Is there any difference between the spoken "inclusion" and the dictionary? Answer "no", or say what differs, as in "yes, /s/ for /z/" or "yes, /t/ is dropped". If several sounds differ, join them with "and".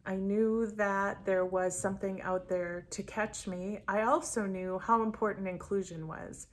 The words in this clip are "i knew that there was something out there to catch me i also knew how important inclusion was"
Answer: no